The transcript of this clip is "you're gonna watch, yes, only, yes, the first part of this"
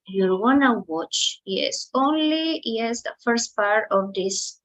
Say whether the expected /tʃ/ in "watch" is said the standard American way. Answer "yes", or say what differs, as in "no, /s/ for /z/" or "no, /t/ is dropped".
yes